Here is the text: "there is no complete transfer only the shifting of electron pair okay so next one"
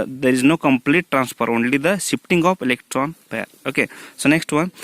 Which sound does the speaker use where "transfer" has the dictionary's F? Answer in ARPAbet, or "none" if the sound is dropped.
P